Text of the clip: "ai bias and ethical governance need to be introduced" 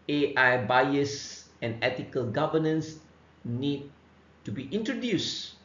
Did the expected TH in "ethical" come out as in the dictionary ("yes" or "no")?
no